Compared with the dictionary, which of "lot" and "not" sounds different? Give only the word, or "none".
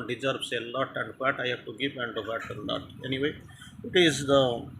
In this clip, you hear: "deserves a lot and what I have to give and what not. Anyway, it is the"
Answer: not